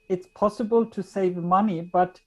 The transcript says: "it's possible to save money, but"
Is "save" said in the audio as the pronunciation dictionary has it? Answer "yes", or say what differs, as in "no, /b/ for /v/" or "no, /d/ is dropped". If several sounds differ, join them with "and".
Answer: yes